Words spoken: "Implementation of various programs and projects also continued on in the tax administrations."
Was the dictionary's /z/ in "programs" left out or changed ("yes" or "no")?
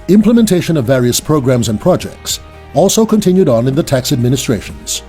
no